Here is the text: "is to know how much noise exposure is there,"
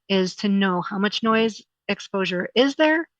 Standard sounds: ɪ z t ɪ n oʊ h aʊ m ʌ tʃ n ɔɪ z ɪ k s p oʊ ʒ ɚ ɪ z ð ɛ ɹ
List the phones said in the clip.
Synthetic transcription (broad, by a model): ɪ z t ɪ n oʊ h aʊ m ʌ tʃ n ɔɪ z ɪ k s p oʊ ʒ ɚ ɪ z ð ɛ ɹ